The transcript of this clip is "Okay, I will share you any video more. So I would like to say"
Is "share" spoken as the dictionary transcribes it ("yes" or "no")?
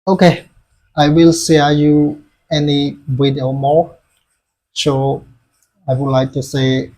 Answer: no